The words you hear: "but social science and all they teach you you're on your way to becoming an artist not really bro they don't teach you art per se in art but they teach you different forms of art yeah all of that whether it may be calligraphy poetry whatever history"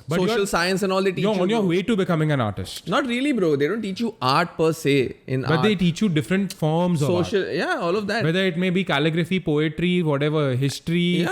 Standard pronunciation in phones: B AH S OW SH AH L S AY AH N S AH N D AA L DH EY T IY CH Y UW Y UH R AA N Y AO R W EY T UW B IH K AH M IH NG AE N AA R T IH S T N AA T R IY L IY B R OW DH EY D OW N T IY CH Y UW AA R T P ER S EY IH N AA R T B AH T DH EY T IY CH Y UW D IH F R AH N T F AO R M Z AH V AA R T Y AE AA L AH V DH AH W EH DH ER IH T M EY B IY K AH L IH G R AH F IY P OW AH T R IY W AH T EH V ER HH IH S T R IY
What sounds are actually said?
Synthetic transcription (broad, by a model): B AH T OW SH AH L S AY AH N S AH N AA L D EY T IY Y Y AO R AA N Y AO R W EY T UW B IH K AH M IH NG AE N AA R T IH S T N AA T R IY L IY B R OW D EY D OW N T IY CH Y UW AA R T P ER S EY IH N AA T B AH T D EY T IY CH Y UW D IH F R AH N T F AO R M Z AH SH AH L Y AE AA L AH V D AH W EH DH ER IH T M EY B IY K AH L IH G R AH F IY P OW AH T R IY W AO T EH V ER HH IH S T R IY